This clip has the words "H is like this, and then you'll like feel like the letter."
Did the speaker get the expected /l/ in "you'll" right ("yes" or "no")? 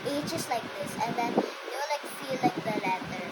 no